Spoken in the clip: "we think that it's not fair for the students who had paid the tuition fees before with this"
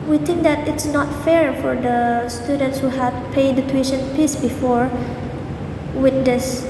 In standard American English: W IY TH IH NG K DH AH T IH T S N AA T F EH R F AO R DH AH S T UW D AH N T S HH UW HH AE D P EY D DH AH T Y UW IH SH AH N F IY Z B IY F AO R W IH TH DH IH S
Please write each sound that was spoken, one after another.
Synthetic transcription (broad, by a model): W IY T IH NG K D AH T IH T S N AA T F EH R F AO R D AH S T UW D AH N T S HH UW HH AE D P EY D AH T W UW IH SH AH N P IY S B IY F AO R W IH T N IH S